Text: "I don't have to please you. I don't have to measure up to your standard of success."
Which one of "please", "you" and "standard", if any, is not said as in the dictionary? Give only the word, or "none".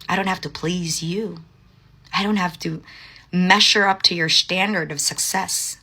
none